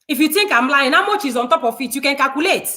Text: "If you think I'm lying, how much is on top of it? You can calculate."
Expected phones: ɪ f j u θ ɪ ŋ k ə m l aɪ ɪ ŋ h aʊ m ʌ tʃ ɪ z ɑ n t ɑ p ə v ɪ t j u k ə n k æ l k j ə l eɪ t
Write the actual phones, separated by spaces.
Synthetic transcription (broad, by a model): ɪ f j u t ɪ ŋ k ə m l aɪ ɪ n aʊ m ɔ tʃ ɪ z ɑ n t ɑ p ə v ɪ t j u k ə n k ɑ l k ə l eɪ t